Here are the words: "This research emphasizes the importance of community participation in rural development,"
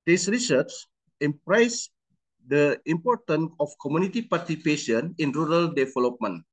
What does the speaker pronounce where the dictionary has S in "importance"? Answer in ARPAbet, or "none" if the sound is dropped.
none